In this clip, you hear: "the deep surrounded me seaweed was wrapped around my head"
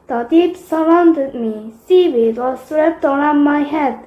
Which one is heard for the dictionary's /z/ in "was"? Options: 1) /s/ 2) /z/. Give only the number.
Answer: 1